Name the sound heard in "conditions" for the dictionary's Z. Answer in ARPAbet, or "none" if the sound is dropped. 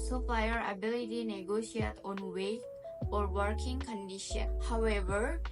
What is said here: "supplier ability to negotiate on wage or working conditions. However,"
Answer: none